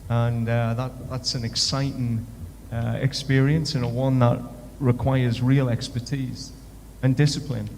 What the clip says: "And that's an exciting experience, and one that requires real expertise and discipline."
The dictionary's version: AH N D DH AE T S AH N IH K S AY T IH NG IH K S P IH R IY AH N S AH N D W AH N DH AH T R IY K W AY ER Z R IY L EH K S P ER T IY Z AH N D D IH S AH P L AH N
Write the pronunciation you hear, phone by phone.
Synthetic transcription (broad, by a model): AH N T DH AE T S AH N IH K S AY T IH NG IH K S P IH R IY AH N S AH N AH W AH N DH AH T R IY K W AY ER Z R IY L EH K S P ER T IY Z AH N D D IH S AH P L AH N